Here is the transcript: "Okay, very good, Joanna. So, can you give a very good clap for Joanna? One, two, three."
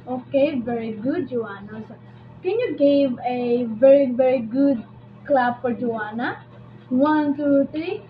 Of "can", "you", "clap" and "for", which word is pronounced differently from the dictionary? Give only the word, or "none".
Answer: clap